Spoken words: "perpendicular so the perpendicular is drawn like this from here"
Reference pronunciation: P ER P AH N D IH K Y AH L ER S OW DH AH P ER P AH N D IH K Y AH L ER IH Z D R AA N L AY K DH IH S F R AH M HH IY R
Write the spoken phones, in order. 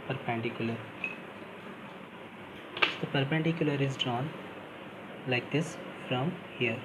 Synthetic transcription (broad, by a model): P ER P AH N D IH K Y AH L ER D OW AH P ER P AH N D IH K Y AH L ER IH Z D R AA N L AY K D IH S F R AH M HH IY R